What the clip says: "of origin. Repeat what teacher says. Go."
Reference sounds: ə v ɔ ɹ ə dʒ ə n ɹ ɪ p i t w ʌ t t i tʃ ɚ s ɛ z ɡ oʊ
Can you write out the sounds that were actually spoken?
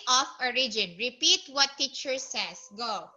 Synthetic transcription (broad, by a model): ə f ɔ ɹ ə dʒ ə n ɹ ɪ p i t w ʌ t t i tʃ ɚ s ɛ s ɡ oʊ